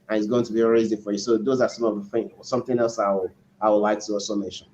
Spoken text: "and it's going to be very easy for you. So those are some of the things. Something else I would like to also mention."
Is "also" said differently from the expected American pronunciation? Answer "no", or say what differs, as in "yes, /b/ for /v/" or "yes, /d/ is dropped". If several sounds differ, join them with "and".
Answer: yes, /l/ is dropped